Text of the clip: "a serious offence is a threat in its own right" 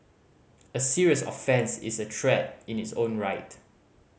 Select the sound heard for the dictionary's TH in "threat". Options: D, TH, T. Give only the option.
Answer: T